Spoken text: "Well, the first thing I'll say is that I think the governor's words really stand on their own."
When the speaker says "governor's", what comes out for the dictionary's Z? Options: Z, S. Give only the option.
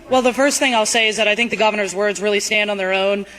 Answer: Z